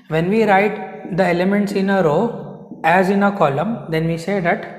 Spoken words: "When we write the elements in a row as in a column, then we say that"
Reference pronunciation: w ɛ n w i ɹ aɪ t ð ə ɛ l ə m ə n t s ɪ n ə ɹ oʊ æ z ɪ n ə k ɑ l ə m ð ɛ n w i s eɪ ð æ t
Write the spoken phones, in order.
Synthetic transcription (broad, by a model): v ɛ n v i ɹ aɪ t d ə ɛ l ə m ə n t s ɪ n ə ɹ oʊ æ z ɪ n ə k ɑ l ə m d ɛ n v i s eɪ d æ t